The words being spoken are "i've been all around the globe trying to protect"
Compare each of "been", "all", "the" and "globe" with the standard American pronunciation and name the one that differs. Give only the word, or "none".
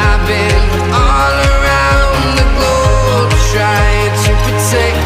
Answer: globe